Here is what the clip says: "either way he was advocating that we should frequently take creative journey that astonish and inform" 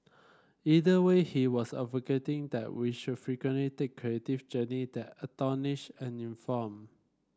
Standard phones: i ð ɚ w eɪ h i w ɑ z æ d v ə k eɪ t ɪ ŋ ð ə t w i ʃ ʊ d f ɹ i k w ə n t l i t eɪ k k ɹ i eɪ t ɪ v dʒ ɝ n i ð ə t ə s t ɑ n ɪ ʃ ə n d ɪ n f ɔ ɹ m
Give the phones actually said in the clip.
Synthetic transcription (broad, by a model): i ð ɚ w eɪ h i w ɑ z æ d v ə k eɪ t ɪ ŋ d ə t w i ʃ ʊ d f ɹ i k w ə n t l i t eɪ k k ɹ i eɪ t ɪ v dʒ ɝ n i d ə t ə t ɑ n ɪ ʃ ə n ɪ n f ɔ m